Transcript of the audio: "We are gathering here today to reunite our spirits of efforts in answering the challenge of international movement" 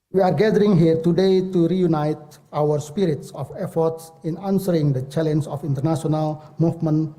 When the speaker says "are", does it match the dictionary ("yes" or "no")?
yes